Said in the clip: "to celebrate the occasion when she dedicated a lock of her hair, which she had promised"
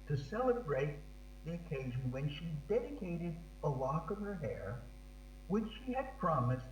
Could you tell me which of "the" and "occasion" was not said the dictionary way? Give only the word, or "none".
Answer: none